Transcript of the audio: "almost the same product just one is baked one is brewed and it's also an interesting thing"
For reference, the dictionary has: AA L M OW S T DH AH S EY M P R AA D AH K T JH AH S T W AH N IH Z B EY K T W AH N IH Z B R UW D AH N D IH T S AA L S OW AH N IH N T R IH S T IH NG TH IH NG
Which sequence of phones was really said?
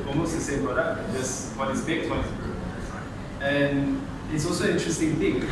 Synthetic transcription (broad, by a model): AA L M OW S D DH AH S EY M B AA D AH T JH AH S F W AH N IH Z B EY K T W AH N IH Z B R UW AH N IH T S AA L S OW AH N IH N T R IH S T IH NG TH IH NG